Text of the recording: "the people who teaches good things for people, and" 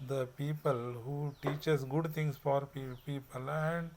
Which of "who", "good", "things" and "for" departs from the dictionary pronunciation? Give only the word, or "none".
things